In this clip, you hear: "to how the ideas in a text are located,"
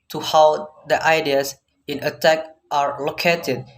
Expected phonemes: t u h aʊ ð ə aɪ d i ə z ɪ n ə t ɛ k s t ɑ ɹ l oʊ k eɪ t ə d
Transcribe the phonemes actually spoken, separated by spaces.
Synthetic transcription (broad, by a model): t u h aʊ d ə aɪ d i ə s ɪ n ə t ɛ k t ɑ ɹ l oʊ k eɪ t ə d